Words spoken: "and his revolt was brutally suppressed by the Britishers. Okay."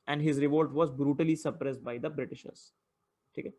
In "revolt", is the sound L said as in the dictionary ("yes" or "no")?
yes